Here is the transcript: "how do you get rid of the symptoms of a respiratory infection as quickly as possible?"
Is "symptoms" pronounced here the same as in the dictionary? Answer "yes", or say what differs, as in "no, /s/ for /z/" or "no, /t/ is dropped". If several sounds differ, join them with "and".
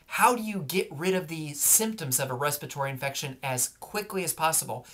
yes